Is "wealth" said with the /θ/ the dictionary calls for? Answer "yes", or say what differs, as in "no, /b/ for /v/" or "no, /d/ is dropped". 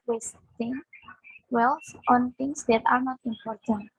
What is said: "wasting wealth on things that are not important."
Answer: no, /s/ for /θ/